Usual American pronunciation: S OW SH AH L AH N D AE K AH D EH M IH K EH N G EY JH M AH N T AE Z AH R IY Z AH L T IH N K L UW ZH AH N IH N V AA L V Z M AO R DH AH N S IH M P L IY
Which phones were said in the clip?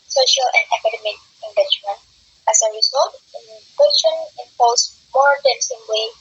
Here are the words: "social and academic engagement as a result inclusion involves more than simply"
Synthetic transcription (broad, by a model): S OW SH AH L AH N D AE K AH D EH M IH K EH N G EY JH M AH N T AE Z AH R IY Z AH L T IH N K EH SH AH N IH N P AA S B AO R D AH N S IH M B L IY